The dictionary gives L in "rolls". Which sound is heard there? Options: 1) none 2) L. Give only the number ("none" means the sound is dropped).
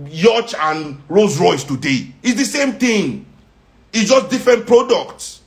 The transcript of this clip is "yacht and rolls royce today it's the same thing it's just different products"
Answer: 1